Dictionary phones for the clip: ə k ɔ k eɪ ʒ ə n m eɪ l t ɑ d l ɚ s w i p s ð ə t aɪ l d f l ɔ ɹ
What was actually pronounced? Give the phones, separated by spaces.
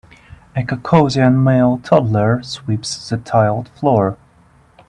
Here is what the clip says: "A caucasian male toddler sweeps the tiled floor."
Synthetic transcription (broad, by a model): ə k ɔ k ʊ z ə n m eɪ l t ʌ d l ɚ s w i p s ð ə t aɪ l d f l ɔ ɹ